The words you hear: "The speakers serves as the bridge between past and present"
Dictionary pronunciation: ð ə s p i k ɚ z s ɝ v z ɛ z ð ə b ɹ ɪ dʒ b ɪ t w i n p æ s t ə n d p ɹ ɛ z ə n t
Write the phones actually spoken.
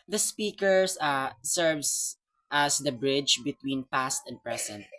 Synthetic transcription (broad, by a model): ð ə s p i k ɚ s s ɝ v s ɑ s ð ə b ɹ ɪ dʒ b ɪ t w i n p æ s t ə n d p ɹ ɛ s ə n t